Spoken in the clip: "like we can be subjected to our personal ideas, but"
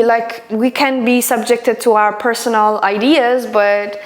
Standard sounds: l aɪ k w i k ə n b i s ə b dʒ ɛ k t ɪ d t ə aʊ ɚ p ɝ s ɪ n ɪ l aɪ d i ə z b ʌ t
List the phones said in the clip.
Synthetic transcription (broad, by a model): l aɪ k w i k ə n b i s ə b dʒ ɛ k t ɪ d t ə aʊ ɚ p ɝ s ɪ n l aɪ d i ə z b ʌ t